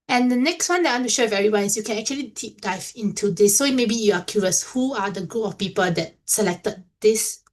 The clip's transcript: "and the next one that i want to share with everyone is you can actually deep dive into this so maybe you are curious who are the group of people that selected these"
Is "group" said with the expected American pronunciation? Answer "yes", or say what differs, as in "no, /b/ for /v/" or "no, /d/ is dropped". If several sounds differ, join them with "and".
no, /ɹ/ is dropped